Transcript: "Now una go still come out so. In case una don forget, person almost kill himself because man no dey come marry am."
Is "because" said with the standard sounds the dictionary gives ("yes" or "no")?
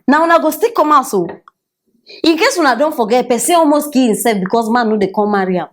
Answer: no